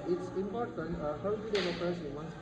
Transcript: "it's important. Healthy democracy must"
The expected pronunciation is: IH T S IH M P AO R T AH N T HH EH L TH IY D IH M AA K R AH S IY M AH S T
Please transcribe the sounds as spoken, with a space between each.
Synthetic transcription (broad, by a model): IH T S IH M P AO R T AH N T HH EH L T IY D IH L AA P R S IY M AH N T